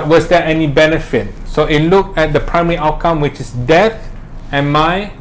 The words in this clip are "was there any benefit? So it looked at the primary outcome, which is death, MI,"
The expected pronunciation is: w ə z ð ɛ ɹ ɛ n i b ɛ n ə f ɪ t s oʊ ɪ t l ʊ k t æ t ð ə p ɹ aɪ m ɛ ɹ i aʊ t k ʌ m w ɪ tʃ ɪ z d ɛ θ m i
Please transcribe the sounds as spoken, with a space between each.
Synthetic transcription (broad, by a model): w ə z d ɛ ɛ n i b ɛ n ə f ɪ t s oʊ ɪ t l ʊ k ɛ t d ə p ɹ aɪ m ɛ ɹ i aʊ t k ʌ m w ɪ tʃ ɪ s d ɛ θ m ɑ